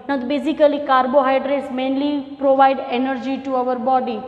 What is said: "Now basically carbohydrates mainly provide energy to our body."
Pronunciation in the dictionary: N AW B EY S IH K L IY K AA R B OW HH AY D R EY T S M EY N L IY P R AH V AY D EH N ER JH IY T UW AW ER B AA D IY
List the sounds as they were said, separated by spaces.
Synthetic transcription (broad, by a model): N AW B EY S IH K L IY K AA R B OW HH AY D R EY T S M EY N L IY P R AH V AY D EH N ER JH IY T UW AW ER B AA D IY